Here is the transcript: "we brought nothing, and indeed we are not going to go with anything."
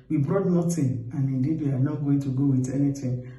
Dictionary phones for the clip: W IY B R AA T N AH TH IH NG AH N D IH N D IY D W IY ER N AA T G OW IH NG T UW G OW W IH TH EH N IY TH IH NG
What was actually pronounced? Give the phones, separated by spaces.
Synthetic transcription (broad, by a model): W IY B R AA T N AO T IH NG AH N IH N D IY D W IY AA N AA T G OW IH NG T UW G OW W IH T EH N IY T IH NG